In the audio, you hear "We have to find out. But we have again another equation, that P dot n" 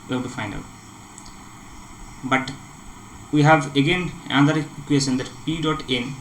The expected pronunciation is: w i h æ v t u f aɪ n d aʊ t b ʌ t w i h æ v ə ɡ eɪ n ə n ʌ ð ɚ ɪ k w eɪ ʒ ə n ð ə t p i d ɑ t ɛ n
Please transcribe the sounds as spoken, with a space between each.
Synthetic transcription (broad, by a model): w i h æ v t u f aɪ n d aʊ t b ʌ t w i h æ v ə ɡ eɪ n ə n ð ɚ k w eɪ s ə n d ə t p i d ɑ t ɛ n